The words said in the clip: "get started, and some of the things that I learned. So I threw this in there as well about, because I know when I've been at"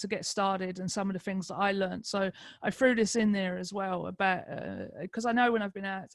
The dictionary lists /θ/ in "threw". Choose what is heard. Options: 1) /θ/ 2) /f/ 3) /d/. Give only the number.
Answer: 2